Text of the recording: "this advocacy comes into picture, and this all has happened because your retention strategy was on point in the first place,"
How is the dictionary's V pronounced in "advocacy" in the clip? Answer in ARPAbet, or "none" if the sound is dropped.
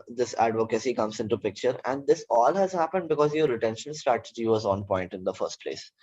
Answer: V